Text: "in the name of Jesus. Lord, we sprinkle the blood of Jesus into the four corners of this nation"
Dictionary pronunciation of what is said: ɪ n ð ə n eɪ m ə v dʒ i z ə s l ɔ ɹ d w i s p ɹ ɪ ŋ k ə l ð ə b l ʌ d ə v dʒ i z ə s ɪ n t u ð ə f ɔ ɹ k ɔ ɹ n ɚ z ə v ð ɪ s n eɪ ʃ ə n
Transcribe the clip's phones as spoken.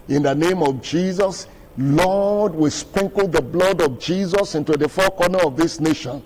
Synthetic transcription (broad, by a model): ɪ n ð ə n eɪ m ə v dʒ i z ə s l ɔ d w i s p ɹ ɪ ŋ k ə l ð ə b l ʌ d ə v dʒ i z ə s ɪ n t u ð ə f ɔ k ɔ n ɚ ə v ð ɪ s n eɪ ʃ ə n